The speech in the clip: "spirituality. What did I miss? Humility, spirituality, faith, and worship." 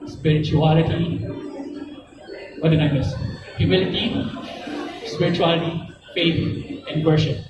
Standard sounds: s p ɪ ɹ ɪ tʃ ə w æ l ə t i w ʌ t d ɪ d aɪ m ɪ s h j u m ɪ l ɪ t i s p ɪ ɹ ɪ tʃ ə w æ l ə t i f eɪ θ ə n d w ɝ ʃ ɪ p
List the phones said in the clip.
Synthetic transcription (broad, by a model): s p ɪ ɹ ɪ tʃ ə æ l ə t i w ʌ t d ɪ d aɪ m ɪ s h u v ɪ l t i s p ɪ ɹ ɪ tʃ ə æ l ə t i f eɪ t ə n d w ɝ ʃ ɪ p